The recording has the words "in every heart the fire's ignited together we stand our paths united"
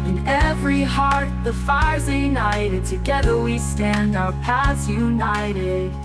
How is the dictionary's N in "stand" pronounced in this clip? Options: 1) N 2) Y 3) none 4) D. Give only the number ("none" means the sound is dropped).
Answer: 1